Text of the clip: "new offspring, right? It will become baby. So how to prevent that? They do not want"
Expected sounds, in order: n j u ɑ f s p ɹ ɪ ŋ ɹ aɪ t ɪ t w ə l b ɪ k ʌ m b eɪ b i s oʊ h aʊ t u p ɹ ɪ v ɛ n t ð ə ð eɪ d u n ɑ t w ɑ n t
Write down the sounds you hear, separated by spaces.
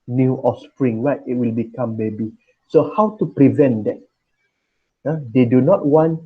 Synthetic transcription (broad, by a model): n j u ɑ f s p ɹ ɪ ŋ w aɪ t ɪ t w ə l b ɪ k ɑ m b eɪ b i s oʊ h aʊ t u p ɹ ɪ v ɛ n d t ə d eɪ d u n ɑ t w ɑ n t